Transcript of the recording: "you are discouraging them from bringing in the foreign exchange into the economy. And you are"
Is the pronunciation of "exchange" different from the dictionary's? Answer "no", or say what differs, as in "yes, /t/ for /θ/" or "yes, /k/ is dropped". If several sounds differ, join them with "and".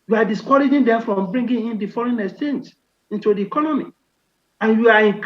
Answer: yes, /k/ is dropped